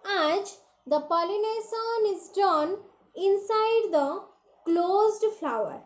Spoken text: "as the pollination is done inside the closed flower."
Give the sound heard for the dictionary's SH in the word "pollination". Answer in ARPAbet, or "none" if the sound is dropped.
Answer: S